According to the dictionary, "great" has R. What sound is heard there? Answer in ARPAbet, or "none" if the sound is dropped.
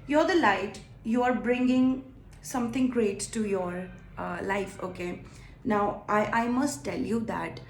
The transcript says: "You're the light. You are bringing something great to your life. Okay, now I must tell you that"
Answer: R